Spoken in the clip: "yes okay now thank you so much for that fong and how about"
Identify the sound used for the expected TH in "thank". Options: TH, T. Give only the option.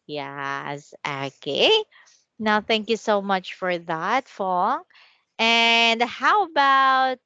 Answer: TH